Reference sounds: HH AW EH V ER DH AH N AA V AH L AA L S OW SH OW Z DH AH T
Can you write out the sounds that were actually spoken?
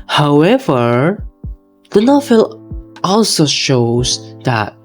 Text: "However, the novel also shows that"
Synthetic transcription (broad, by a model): HH AW EH V ER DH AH N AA F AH L AA L S OW SH OW Z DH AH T